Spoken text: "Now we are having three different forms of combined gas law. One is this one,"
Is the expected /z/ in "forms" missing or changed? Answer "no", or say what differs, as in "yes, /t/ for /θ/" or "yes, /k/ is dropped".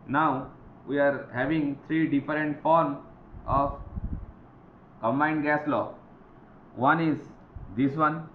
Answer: yes, /z/ is dropped